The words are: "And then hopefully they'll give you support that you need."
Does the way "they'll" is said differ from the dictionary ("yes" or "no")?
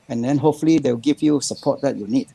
yes